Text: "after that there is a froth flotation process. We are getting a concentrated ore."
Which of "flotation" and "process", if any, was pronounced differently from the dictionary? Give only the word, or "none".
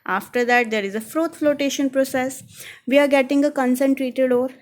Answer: none